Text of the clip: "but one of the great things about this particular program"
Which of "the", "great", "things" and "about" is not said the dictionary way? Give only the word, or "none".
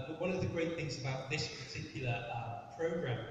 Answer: none